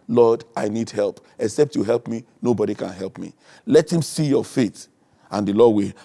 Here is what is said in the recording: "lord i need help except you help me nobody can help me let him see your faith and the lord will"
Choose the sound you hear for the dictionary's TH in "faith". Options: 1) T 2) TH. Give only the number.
1